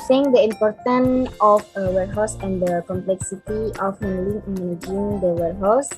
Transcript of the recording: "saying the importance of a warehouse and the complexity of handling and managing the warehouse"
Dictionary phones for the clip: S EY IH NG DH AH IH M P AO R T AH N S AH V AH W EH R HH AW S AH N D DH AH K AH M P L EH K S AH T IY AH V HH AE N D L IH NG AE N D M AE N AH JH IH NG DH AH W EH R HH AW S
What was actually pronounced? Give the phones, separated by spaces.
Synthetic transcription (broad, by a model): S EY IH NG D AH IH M P AO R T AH N AH F AH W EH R HH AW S AH N D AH K AH M P L EH K S AH T IY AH F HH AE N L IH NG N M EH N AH JH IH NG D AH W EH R HH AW S